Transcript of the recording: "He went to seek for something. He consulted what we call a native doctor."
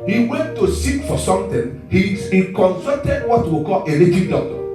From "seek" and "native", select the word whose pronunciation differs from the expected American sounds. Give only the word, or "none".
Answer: native